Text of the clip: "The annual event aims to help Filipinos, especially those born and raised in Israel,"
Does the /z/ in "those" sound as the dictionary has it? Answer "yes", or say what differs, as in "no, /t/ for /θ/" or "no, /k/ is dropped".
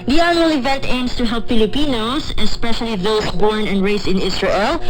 no, /s/ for /z/